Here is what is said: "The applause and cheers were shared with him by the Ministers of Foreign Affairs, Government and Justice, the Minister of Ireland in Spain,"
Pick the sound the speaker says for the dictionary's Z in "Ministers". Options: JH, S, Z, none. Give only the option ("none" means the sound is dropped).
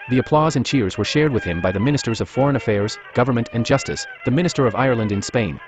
Z